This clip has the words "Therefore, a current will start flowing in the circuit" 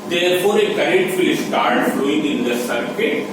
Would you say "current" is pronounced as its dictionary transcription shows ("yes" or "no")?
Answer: no